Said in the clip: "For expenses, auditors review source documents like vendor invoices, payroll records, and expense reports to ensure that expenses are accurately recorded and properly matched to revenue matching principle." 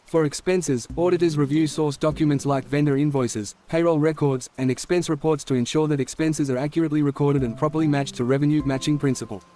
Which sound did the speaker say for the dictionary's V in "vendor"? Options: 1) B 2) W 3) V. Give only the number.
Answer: 3